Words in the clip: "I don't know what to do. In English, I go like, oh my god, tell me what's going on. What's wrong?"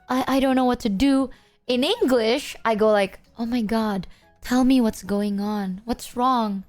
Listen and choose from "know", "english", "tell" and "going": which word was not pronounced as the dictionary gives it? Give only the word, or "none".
none